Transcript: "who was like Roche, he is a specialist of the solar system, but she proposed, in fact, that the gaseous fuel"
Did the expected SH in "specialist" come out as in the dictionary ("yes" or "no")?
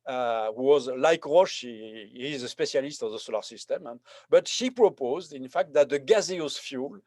no